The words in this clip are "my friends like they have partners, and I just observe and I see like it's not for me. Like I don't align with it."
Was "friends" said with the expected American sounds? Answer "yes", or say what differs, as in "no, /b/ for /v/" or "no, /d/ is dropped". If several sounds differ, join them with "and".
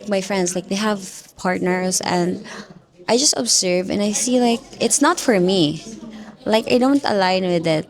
no, /s/ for /z/